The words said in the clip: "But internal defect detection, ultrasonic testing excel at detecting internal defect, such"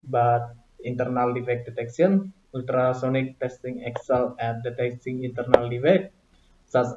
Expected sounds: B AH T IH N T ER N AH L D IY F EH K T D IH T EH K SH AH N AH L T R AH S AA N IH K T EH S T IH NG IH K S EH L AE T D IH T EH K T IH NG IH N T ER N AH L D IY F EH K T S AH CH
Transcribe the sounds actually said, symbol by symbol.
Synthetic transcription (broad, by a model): B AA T IH N T ER N AH L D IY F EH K D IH T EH K S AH N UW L T R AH S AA N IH K T EH S T IH NG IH K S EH L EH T D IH T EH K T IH NG IH N T ER N AH L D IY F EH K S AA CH